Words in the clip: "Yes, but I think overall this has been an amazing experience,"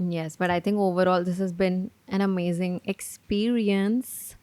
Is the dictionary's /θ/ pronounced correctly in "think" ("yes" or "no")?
no